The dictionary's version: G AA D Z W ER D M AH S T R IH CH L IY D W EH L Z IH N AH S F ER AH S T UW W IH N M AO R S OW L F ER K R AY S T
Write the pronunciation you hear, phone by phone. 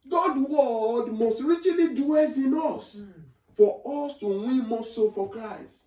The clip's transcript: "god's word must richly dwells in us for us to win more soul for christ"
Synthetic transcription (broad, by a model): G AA D W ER D M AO S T R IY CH L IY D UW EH Z IH N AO S F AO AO S T UW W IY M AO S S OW F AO K R AY S T